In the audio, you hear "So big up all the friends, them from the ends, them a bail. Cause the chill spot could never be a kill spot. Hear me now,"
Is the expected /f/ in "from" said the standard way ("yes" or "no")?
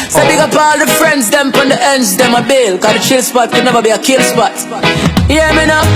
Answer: no